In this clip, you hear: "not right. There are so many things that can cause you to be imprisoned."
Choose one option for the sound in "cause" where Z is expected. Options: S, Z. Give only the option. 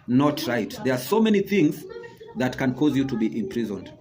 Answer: Z